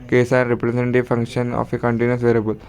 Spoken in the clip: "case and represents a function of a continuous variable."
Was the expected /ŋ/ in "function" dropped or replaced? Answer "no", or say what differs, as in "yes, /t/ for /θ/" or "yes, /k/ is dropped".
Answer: no